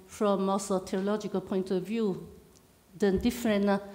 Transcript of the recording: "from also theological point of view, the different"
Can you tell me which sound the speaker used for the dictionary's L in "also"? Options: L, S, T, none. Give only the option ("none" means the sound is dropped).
none